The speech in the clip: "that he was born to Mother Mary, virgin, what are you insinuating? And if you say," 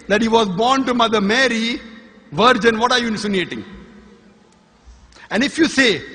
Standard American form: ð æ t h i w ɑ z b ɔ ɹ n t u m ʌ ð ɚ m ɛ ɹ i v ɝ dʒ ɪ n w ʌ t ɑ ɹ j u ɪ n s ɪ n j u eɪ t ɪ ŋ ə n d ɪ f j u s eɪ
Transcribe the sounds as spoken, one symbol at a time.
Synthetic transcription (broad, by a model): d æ t h i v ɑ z b ɔ ɹ n t u m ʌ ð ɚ m ɛ ɹ i v ɝ dʒ ɪ n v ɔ t ɑ ɹ j u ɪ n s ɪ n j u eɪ t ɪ ŋ ə n d ɪ f j u s eɪ